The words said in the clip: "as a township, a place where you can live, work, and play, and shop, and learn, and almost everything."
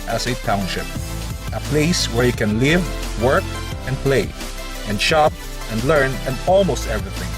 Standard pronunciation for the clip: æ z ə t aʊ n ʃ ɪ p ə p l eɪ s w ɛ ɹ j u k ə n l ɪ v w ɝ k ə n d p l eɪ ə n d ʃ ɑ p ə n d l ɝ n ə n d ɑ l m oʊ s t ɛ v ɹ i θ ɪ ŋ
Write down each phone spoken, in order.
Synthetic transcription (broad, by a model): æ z ə t aʊ n ʃ ɪ p ə p l eɪ s w ɛ ɹ j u k ə n l ɪ v w ɝ k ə n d p l eɪ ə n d ʃ ɑ p ə n d l ɝ n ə n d ɑ l m oʊ s t ɛ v ɹ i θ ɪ ŋ